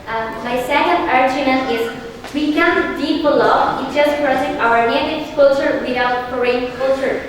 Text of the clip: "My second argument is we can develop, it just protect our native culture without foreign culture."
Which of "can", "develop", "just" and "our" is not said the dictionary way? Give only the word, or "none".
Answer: develop